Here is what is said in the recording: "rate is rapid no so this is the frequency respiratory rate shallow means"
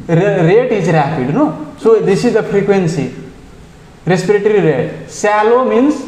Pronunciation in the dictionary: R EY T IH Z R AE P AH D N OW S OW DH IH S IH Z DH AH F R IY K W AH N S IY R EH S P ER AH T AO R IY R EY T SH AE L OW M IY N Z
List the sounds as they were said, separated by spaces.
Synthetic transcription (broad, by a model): R EY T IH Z R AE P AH D N OW S OW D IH S IH Z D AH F R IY K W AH N S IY R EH S P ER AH T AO R IY R EY T S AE L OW M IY N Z